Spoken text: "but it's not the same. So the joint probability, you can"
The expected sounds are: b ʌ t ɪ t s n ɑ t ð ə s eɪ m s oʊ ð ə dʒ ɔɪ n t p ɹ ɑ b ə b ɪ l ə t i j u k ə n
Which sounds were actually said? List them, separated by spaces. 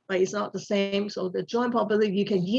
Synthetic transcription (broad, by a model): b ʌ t ɪ t s n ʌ t ð ə s eɪ m s oʊ ð ə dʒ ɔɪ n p ɑ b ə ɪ l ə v j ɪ k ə n